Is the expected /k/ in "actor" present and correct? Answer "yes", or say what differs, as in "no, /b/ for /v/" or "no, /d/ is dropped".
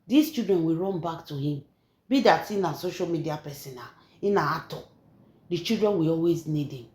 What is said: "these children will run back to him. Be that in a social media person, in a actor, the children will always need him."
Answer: no, /k/ is dropped